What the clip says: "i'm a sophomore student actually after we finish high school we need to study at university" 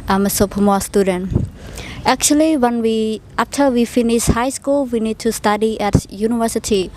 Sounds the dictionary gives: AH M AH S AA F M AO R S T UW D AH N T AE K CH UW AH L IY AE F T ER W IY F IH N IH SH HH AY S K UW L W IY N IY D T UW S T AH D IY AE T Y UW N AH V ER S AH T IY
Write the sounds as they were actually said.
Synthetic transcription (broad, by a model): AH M AH S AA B M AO S T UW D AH N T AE K CH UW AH W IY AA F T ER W IY F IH N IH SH HH AY S K UW L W IY N IY D T UW S T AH D IY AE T Y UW N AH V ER S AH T IY